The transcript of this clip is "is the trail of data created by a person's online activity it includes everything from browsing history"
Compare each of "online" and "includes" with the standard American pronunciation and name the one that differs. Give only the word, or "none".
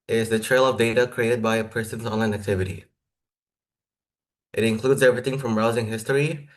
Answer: none